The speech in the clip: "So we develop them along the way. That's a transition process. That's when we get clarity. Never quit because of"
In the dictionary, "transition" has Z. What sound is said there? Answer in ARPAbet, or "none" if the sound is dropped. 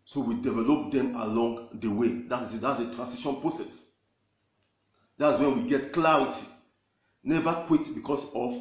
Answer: S